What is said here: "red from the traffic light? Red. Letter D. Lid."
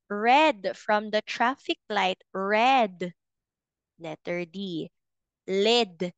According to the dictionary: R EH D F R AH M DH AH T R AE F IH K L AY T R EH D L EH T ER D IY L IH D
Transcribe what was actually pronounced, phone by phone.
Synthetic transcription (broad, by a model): R EH D F R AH M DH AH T R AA F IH K L AY T R EH D N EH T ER D IY L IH D